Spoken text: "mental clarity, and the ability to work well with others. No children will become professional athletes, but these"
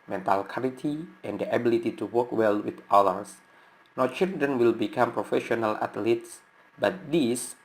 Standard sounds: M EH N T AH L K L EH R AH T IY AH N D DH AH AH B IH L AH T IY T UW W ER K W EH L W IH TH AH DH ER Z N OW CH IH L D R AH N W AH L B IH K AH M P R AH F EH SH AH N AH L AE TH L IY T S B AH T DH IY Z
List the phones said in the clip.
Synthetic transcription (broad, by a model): M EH N T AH L K AA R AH T IY AH N D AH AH B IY L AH T IY T UW W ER K W EH L W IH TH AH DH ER S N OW CH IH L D R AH N W AH L B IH K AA M P R AH F EH SH AH N AH L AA T L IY T S B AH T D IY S